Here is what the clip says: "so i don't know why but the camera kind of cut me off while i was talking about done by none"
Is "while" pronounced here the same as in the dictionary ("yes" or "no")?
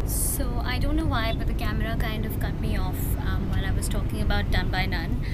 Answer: no